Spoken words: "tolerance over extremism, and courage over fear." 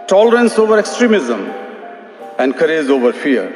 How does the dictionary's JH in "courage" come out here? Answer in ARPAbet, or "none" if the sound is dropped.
Z